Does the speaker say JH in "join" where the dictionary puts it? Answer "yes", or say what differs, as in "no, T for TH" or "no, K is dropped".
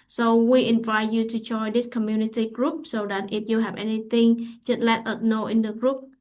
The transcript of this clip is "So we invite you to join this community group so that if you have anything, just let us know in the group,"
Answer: no, CH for JH